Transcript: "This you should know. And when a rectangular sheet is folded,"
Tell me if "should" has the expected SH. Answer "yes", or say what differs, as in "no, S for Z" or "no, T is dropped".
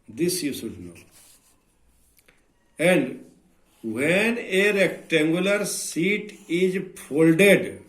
no, S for SH